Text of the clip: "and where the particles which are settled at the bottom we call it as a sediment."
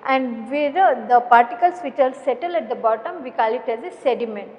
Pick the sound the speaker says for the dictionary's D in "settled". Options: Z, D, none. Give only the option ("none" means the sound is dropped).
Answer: none